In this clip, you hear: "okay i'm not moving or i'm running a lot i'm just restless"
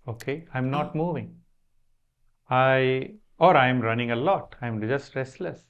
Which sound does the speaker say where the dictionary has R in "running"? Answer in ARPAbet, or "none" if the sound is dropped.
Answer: R